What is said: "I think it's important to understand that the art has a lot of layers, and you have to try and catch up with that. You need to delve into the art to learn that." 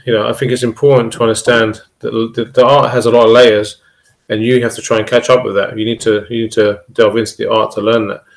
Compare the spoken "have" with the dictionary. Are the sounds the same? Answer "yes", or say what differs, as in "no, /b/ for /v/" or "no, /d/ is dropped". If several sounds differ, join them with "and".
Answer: no, /f/ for /v/